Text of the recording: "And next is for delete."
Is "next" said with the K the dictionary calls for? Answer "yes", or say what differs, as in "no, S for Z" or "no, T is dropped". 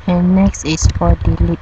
yes